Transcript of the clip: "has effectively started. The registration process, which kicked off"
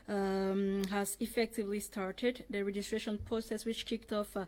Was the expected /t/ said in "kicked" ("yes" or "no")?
yes